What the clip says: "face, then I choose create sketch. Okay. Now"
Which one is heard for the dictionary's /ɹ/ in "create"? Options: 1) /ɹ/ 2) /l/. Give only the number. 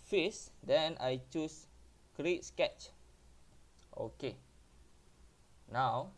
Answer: 1